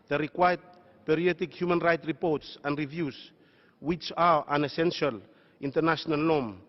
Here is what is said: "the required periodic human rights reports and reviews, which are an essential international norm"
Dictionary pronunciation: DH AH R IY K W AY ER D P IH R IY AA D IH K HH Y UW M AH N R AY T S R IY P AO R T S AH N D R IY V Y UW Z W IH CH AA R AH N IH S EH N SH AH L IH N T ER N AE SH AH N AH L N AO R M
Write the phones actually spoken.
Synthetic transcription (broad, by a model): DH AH R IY K W AY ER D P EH R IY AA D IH K HH Y UW M AH N R AY T R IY P AO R T S AH N D R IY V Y UW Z W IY CH AA R AH N IH S EH N SH AH L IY N T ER N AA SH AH N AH L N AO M